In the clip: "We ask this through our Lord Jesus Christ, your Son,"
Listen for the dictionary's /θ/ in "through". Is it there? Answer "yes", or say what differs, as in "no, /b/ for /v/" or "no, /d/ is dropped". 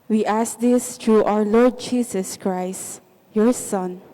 no, /t/ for /θ/